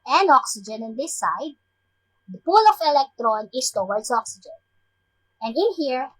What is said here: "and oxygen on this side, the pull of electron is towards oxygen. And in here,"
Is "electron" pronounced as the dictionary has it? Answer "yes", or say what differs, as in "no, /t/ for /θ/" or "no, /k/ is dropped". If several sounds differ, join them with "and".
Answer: yes